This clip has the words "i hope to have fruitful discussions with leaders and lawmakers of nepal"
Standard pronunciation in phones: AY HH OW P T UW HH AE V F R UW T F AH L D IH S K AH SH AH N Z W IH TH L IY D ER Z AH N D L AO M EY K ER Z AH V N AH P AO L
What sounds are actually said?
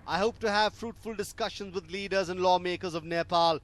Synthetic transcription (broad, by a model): AY HH OW P T UW HH AE V F R UW T F AH L D IH S K AH SH AH N Z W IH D L IY D ER Z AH N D L AO M EY K ER Z AH V N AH P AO L